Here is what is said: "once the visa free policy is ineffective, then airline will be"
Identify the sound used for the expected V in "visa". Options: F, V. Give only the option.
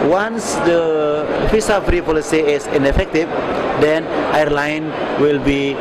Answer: F